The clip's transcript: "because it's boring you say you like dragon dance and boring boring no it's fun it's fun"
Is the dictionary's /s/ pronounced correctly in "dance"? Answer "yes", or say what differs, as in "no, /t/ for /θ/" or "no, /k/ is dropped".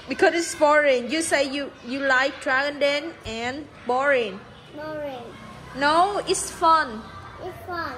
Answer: no, /s/ is dropped